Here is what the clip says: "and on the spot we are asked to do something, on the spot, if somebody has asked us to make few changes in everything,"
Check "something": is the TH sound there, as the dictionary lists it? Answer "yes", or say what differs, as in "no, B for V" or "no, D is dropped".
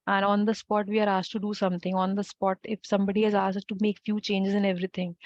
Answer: no, T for TH